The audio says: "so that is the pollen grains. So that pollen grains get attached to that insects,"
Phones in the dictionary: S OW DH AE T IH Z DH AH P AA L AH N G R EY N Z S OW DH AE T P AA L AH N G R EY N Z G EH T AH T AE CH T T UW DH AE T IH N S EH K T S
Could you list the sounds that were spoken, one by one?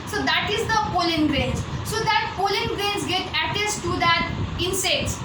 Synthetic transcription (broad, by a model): S OW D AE T IH Z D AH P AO L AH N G R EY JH S OW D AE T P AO L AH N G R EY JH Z G EH T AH T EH S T T UW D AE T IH N S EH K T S